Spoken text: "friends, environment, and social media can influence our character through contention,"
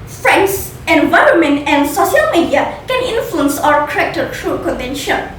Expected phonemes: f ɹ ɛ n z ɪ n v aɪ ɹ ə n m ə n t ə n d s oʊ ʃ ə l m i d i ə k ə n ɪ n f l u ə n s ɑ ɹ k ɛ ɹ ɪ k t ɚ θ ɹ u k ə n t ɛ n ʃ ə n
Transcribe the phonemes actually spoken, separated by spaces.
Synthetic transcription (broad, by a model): f ɹ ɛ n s ɪ n v aɪ ɹ ə n m ə n t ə n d s oʊ ʃ ə l m i d i ə k ə n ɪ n f l u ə n s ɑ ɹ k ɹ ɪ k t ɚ t ɹ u k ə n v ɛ n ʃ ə n